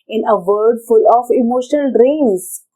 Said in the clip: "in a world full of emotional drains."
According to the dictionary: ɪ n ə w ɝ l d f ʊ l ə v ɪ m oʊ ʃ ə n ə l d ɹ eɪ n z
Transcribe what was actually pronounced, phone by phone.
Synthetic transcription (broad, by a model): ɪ n ə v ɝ d f ʊ l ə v ɪ m oʊ ʃ ə n ə l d ɹ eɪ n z